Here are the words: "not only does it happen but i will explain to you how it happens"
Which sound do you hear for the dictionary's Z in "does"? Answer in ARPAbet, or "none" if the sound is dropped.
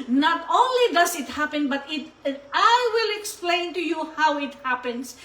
S